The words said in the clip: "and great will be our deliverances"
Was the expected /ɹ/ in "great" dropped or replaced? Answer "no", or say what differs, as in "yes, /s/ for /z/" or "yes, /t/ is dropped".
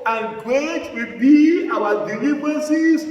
yes, /ɹ/ is dropped